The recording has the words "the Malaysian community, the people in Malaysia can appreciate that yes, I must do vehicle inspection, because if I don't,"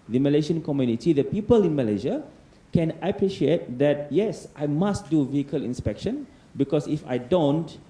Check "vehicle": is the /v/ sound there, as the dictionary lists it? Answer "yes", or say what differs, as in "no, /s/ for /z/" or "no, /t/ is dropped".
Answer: yes